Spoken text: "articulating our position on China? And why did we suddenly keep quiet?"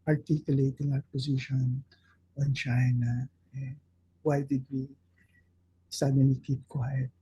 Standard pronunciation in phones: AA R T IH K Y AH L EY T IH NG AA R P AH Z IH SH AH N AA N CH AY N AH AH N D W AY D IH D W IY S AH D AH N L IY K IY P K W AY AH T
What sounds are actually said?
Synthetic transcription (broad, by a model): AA R T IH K Y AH L EY T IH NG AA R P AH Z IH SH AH N AA N CH AY N AH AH W AY D IH D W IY S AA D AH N IY K IY P K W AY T